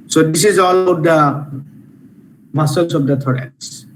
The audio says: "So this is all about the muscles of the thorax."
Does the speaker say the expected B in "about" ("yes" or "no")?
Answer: no